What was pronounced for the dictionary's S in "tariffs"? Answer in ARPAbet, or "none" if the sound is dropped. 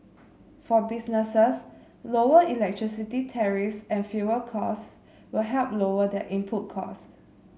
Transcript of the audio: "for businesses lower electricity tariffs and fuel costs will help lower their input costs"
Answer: S